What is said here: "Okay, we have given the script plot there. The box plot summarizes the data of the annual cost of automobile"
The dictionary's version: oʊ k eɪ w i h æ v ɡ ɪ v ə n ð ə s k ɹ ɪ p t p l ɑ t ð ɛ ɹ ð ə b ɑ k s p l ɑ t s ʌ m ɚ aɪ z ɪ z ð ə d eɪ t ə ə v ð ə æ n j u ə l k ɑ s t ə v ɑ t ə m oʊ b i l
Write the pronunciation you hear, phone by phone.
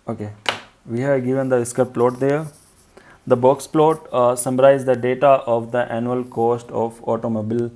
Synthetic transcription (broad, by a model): oʊ k eɪ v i h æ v ɡ ɪ v ə n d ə s k ʌ t p l ɑ t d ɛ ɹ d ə b ɑ k s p l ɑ t s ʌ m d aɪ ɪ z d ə d eɪ t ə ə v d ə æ n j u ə l k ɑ s t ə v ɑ t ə m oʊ b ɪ l